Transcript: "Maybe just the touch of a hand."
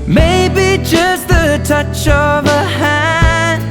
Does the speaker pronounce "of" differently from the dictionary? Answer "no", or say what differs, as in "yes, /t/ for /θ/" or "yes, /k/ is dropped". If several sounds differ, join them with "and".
no